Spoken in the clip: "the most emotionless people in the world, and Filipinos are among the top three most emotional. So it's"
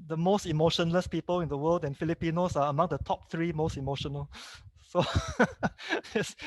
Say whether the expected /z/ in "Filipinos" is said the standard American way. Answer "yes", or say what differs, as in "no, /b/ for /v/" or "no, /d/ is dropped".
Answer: no, /s/ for /z/